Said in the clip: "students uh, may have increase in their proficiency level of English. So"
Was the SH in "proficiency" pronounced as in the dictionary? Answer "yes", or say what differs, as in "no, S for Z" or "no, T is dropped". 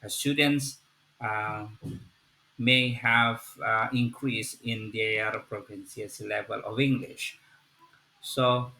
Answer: no, S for SH